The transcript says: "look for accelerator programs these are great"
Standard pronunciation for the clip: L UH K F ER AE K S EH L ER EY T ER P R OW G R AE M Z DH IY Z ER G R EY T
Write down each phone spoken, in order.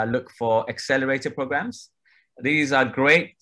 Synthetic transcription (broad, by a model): L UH K F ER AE K S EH L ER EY T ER P R OW G R AE M Z DH IY Z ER G R EY T